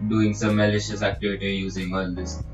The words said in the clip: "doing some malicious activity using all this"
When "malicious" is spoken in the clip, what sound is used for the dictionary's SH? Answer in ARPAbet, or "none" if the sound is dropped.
SH